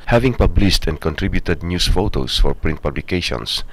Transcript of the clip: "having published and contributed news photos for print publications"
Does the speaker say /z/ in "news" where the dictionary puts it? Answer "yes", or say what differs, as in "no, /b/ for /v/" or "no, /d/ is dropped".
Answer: no, /s/ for /z/